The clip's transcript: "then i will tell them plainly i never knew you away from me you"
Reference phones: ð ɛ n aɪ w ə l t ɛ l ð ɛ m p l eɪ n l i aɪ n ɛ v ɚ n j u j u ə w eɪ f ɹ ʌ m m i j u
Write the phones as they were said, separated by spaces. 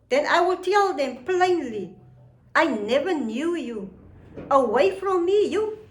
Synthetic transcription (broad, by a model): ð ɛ n aɪ w ə l t ɛ l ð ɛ m p l eɪ n l i aɪ n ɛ v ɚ n j u j u ə w eɪ f ɹ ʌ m m i j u